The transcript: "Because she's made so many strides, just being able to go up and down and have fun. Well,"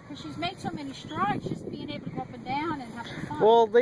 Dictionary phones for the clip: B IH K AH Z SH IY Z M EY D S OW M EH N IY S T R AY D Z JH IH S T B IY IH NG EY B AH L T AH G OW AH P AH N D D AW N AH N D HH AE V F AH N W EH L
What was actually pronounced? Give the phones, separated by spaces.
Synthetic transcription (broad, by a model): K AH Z SH IY Z M EY D S OW M EH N IY S T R AY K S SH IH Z B IY IH NG EY B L T AH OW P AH N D D AW N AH N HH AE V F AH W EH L